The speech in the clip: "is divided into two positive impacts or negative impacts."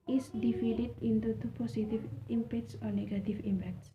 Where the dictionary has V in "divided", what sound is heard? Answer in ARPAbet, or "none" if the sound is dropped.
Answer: F